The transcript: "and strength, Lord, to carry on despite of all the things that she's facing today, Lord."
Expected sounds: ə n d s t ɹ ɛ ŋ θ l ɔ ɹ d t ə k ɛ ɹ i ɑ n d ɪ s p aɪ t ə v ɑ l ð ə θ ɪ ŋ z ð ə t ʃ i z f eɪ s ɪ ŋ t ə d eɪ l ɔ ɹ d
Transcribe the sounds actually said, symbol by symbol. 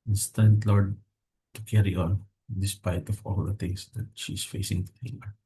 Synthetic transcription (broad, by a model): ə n s t ɛ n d l ɔ ɹ d t ə k ɛ ɹ i ɑ n d ɪ s p aɪ t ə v ɑ l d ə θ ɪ ŋ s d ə t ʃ i s f eɪ s ɪ ŋ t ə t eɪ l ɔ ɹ